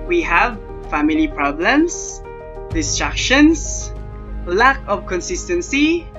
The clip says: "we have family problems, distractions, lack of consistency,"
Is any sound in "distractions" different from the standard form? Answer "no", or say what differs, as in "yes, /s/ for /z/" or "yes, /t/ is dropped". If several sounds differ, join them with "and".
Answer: yes, /s/ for /z/